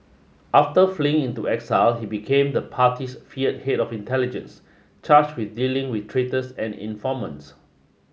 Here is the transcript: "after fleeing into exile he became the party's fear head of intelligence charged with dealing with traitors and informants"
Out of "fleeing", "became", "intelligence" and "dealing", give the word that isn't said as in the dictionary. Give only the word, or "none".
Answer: none